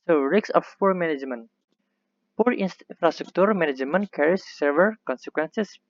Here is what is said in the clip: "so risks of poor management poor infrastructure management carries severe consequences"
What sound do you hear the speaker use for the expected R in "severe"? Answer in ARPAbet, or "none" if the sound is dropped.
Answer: L